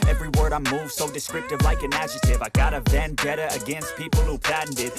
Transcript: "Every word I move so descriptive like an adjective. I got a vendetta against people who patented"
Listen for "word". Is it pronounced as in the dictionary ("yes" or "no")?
yes